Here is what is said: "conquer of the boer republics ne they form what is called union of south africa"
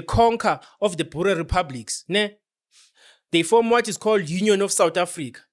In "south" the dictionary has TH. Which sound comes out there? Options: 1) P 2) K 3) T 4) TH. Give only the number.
3